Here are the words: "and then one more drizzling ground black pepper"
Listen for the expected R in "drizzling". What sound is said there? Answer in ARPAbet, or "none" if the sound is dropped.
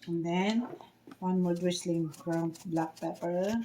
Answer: W